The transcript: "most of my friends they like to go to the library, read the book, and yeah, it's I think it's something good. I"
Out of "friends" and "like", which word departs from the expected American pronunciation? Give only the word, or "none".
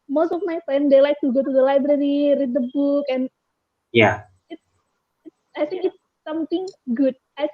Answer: friends